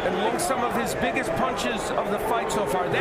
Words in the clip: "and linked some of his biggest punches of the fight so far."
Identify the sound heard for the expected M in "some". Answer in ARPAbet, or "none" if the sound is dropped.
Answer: M